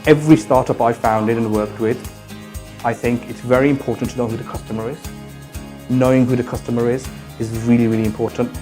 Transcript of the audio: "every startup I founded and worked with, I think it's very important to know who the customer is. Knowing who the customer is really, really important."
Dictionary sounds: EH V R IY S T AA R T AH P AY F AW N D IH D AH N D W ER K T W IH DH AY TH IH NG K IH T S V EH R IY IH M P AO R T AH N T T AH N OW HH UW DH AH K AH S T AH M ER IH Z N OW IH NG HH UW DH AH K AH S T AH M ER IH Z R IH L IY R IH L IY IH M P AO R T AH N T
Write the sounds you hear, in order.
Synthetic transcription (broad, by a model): EH V R IY S T AA R T AH P AY F AW N D IH D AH N W ER K T W IH DH AY TH IH NG K IH T S V EH R IY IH M P AO R T N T T AH N OW HH UW DH AH K AH S T AH M ER IH Z N OW IH NG HH UW DH AH K AH S T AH M ER IH Z R IH L IY R IH L IY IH M P AO R T N T